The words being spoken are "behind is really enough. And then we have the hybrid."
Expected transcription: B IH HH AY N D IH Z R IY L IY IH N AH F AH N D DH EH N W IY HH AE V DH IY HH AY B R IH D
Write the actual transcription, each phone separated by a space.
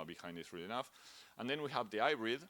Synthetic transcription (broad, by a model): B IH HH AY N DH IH S R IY L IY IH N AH F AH N DH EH N W IY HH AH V DH IY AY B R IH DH